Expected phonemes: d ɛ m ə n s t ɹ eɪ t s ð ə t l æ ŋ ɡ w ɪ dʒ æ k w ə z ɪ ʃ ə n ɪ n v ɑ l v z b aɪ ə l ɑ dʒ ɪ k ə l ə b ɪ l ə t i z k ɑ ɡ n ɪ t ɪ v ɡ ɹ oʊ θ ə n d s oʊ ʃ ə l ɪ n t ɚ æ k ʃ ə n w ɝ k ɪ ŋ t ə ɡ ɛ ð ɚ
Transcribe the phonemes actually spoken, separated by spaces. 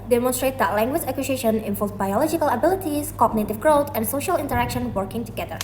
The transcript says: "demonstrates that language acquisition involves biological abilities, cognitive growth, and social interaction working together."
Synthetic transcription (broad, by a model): d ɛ m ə n s t ɹ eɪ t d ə t l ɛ ŋ ɡ w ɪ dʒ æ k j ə s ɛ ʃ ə n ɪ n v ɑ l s b aɪ ə l ɑ dʒ ɪ k ə l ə b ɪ l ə t i s k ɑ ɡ n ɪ t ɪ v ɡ ɹ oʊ t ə n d s oʊ ʃ ə l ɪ n t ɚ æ k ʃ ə n w ɝ k ɪ ŋ t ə ɡ ɛ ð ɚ